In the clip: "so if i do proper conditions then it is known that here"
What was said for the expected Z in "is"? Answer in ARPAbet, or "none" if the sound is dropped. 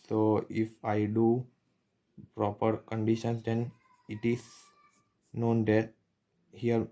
S